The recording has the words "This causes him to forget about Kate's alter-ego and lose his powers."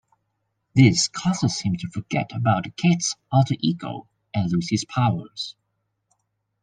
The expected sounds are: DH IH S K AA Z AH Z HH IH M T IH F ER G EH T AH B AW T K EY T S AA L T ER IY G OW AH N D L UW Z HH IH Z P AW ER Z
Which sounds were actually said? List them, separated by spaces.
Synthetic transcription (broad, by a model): DH IH S K AA Z AH Z HH IH M T IH F ER G EH T AH B AW T K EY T S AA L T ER IY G OW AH N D L UW Z HH IH Z P AW ER Z